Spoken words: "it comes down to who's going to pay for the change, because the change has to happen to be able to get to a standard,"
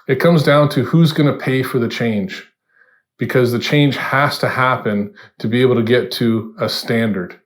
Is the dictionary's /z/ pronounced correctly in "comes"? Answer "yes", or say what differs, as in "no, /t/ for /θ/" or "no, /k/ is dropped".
yes